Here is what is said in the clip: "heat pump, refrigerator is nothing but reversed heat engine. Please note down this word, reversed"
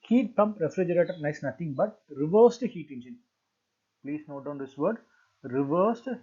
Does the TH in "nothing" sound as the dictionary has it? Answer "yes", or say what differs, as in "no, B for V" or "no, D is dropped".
no, T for TH